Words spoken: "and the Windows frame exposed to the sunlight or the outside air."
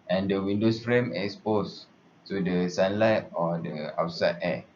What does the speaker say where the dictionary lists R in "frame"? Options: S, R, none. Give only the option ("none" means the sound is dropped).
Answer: R